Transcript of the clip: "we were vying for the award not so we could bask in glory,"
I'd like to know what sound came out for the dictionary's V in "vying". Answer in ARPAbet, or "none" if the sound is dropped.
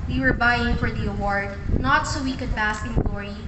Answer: B